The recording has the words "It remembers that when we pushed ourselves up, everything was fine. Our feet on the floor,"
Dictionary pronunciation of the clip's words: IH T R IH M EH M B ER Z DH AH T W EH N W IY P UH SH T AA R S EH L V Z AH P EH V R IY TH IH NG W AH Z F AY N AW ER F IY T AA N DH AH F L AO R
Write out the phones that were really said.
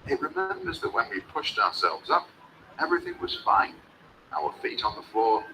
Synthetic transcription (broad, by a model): IH T R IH M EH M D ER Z DH AH T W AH N W IY P UH SH T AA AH S EH L V Z AH P EH V R IY TH IH NG W AH Z F AY N AW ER F IY T N DH AH F L AO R